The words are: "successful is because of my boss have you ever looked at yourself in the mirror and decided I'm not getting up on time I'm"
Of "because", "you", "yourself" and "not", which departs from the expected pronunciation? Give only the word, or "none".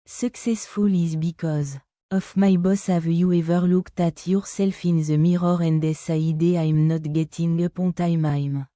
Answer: none